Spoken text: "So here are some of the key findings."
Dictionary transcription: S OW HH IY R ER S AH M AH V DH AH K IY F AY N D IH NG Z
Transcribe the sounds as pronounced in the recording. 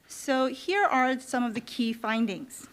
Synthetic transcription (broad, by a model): S OW HH IY R ER S AH M AH V DH AH K IY F AY N D IH NG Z